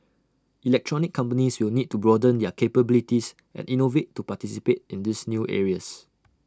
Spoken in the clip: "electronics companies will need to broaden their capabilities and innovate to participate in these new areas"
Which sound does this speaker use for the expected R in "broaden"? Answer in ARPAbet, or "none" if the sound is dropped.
R